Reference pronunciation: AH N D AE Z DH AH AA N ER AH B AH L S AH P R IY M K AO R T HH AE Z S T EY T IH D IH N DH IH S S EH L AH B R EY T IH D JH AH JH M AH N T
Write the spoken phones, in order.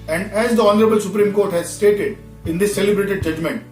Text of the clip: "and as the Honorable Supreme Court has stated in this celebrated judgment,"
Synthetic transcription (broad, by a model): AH N D AE Z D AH AA N ER AH B AH L S AH P R IY M K AO R T HH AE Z S T EY T IH D IH N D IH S S EH L AH B R EY T IH D JH AH JH M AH N T